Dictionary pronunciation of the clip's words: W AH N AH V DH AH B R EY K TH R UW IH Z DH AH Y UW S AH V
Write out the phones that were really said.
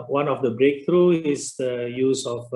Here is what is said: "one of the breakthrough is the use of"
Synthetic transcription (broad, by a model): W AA N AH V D AH B R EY K T R UW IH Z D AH Y UW S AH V